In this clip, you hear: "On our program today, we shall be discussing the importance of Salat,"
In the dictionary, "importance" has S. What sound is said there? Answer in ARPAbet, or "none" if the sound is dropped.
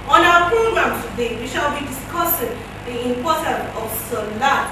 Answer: none